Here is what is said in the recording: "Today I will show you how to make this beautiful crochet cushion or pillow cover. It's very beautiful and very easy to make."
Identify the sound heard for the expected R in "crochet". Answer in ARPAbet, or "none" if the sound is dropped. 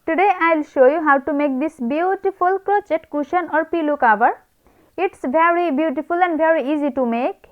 none